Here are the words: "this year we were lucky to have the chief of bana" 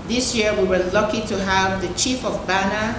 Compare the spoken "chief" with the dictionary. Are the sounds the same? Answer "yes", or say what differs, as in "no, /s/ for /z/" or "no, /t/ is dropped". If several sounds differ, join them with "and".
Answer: yes